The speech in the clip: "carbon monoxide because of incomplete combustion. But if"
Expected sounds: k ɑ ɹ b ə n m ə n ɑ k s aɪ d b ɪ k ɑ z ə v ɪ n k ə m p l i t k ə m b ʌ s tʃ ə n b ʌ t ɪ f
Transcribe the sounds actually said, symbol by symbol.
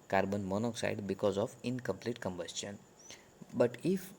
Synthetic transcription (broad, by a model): k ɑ ɹ b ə n m ə n ɑ k s aɪ d b ɪ k ɑ z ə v ɪ n k ə m p l i t k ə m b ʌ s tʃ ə n b ʌ t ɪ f